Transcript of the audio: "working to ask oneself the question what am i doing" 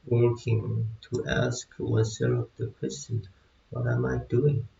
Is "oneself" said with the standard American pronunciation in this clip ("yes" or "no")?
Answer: no